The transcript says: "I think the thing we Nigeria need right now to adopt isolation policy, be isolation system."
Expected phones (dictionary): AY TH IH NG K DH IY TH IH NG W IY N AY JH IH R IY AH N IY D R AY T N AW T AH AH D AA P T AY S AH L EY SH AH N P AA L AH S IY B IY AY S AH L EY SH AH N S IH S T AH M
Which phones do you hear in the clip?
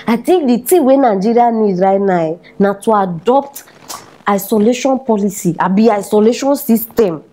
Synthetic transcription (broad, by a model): AY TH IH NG K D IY T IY W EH N AY JH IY R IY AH N IY D R AY T N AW T AH AH D AA P T AY S AH L EY SH AH N P AA L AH S IY B IY AY S AH L EY SH AH N S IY S T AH M